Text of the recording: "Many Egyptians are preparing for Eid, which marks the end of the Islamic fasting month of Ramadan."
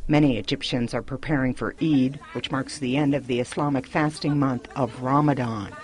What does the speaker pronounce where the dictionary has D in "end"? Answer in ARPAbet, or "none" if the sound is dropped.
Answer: D